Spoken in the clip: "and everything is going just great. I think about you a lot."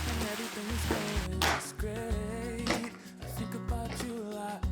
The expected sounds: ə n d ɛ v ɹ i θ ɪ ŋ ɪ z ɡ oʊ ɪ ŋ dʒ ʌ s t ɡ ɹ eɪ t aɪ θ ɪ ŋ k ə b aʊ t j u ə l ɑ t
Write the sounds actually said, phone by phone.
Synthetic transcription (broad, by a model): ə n ɛ v ɹ i θ ɪ ŋ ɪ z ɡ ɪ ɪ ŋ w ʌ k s ɡ ɹ eɪ t aɪ θ ɪ ŋ k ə b aʊ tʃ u ə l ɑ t